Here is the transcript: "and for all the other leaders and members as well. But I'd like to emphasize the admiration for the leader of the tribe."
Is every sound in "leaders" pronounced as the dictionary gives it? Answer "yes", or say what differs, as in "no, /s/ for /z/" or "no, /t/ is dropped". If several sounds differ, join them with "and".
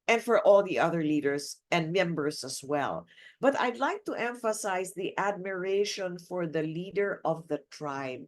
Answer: no, /s/ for /z/